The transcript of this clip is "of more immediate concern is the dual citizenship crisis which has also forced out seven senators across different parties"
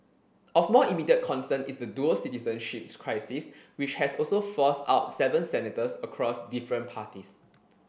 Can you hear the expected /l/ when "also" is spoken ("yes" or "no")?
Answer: yes